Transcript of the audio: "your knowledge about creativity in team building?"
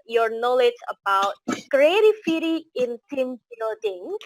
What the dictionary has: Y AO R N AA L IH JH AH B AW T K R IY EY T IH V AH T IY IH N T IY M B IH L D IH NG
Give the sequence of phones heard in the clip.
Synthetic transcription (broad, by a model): Y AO R N AA L IH JH AH B AW T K R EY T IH F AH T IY IH N T IY M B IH L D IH NG